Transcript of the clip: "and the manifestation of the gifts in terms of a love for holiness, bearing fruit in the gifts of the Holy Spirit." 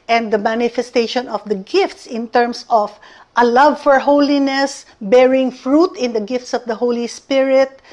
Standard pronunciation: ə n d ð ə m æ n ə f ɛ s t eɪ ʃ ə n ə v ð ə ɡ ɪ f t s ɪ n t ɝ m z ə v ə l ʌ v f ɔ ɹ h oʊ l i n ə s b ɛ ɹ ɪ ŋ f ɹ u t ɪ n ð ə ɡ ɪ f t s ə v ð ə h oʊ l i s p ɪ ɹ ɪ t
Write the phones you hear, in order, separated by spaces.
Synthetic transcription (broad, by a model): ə n d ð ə m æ n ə f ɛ s t eɪ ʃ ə n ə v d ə ɡ ɪ f t s ɪ n t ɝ m s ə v ə l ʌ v f ɔ ɹ h oʊ l i n ə s b ɛ ɹ ɪ ŋ f ɹ u t ɪ n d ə ɡ ɪ f t s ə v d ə h oʊ l i s p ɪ ɹ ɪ t